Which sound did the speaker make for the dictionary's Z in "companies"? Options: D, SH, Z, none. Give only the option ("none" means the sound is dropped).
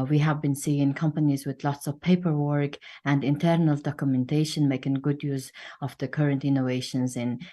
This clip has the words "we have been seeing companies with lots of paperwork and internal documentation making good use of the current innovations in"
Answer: Z